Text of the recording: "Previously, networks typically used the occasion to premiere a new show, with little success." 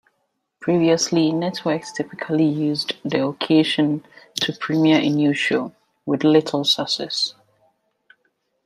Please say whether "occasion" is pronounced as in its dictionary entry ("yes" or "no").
no